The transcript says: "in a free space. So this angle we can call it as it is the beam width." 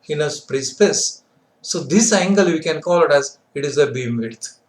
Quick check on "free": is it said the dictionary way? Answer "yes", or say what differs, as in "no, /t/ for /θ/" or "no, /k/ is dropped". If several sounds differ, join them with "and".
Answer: no, /p/ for /f/